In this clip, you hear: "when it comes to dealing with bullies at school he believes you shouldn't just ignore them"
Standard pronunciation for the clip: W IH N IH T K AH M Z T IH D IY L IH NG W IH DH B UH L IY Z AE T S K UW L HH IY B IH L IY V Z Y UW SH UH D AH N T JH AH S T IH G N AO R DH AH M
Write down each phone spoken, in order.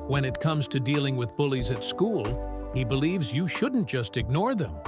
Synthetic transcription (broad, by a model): W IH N IH T K AH M Z T IH D IY L IH NG W IH DH B UH L IY Z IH T S K UW L HH IY B IH L IY V Z Y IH SH UH D N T JH AH S T IH G N AO R DH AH M